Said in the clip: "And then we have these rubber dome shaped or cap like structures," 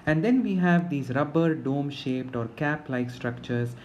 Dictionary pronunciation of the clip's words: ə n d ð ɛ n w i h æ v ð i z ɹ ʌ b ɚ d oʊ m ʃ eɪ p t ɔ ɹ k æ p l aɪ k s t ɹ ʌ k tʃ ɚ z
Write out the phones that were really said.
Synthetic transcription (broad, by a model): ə n d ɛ n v i h æ v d i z ɹ ʌ b ɚ d oʊ m ʃ eɪ p t ɔ ɹ k æ p l aɪ k s t ɹ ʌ k tʃ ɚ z